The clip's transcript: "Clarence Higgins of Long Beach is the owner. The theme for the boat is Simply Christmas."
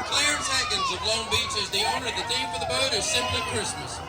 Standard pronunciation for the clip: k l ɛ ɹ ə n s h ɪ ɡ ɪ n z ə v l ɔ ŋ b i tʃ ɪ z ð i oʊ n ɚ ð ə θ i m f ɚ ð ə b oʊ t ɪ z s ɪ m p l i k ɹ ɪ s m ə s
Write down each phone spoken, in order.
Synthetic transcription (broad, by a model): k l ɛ ɹ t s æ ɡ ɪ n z ə v l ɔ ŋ b i tʃ ɪ z ð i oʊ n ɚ ð ə t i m f ɚ ð ə b oʊ t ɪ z s ɪ m p l i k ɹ ɪ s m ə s